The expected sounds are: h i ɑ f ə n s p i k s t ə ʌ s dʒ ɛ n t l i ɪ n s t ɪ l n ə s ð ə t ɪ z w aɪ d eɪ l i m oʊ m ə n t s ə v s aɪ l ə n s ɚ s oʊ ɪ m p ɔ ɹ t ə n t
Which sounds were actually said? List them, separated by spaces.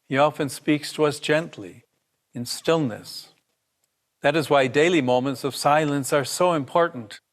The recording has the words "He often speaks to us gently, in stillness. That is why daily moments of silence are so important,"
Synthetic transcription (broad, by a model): h i ɑ f ə n s p i k s t ə ʌ s dʒ ɛ n t l i ɪ n s t ɪ l n ə s ð ə t ɪ z w aɪ d eɪ l i m oʊ m ə n t s ə v s aɪ l ə n s ɚ s oʊ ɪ m p ɔ ɹ t n t